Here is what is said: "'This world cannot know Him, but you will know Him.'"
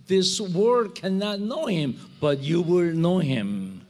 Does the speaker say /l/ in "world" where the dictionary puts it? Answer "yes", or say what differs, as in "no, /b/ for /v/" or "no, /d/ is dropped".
no, /l/ is dropped